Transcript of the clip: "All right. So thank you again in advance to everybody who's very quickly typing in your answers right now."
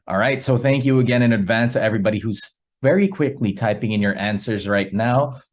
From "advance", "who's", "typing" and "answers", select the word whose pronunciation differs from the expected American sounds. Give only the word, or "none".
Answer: none